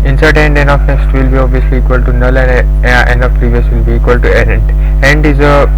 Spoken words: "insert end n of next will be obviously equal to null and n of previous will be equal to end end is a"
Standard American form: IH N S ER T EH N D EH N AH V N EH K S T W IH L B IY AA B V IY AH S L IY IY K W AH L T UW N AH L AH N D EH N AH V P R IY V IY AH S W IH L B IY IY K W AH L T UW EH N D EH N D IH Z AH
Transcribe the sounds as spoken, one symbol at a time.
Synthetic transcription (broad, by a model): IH N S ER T EH N D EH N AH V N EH S T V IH L B IY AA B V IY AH S L IY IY K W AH L T UW N AH L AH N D EH N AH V P R IY V IY AH S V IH L B IY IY K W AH L T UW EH N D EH N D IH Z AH